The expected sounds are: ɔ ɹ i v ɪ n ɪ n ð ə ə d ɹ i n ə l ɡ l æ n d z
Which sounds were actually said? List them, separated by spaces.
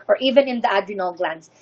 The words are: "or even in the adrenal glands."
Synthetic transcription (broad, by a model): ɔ ɹ i v ɪ n ɪ n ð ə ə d i n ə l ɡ l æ n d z